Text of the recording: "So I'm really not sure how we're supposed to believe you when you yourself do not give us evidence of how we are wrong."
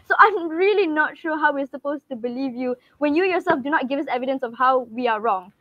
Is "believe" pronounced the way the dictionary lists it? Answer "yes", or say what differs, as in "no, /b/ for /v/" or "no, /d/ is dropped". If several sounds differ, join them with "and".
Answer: yes